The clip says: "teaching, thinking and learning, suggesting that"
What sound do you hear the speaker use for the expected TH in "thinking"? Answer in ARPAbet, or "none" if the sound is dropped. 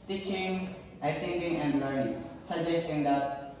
T